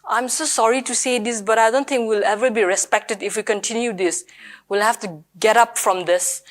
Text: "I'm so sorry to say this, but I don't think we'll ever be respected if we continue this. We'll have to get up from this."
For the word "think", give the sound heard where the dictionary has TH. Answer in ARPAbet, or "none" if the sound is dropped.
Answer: T